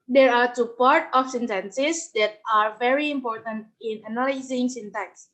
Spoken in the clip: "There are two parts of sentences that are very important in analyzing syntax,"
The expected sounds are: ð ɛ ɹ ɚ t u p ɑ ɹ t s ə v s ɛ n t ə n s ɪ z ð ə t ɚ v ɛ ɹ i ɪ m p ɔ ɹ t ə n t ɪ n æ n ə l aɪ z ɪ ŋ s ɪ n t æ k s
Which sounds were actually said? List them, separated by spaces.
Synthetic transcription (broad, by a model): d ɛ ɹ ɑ t u p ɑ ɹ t ə f s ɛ n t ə n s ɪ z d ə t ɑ v ɛ ɹ i ɪ m p ɔ ɹ t ə n t ɪ n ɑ n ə l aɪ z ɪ ŋ s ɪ n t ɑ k s